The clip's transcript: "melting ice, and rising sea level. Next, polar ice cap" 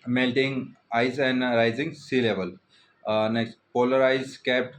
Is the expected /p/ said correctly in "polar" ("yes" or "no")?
yes